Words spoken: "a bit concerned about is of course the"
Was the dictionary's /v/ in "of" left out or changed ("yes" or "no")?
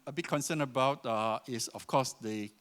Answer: yes